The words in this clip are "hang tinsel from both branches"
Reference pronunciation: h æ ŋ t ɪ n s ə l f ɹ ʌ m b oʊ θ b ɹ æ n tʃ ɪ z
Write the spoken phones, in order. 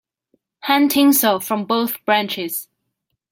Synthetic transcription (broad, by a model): h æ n t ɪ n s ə f ɹ ʌ m b oʊ θ b ɹ æ n tʃ ɪ z